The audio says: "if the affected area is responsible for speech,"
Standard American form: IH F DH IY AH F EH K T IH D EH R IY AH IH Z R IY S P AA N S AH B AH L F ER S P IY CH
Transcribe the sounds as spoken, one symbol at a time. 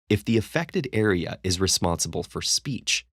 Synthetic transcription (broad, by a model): IH F DH IY AH F EH K T IH D EH R IY AH IH Z R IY S P AA N S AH B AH L F ER S P IY CH